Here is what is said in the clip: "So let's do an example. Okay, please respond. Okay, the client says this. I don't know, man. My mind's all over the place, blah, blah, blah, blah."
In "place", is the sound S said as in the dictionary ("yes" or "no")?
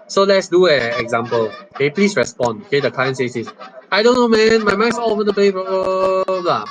no